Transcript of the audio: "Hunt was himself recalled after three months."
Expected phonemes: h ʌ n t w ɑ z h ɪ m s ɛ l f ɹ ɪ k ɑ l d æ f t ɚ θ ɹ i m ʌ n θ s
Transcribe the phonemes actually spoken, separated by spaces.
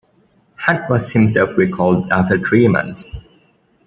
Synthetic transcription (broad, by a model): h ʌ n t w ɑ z h ɪ m s ɛ l f ɹ ɪ k ɑ l d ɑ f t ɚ t ɹ i m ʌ n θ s